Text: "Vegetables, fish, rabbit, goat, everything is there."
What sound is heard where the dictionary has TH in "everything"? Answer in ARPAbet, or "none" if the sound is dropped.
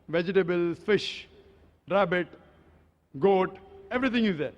T